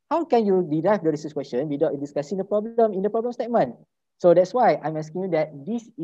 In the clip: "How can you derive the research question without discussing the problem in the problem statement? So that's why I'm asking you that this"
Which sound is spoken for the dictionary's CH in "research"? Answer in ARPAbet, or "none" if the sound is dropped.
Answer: S